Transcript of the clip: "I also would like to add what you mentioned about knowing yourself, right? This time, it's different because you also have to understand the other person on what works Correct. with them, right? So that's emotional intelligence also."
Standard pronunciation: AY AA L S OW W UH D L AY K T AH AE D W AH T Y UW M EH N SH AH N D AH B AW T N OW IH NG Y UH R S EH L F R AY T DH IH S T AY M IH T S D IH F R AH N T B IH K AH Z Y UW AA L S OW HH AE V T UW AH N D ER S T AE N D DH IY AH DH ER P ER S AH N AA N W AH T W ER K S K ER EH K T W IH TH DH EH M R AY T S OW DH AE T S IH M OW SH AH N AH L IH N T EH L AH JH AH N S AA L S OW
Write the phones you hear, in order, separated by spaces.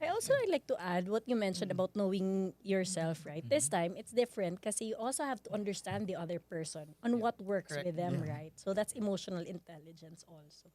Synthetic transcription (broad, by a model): AY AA L S OW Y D L AY K T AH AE D W AH T Y UW M EH N SH AH N D AH B AW T N OW IH NG Y UH R S EH L F R AY T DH IH S T AY M IH T S D IH F R AH N T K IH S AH Y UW AA L S OW HH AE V T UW AH N D ER S T AE N D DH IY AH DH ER P ER S AH N AA N W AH T W ER K S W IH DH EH M R AY T S OW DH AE T S IH M OW SH AH N AH L IH N T EH L AH JH AH N S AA L S OW